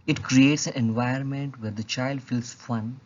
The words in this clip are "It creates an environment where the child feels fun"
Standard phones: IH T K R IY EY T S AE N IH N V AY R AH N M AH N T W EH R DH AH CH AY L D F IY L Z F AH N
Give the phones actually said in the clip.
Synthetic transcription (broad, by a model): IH T K R IY EY T S AE N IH N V AY AH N M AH N T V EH R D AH CH AY L D F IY L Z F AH N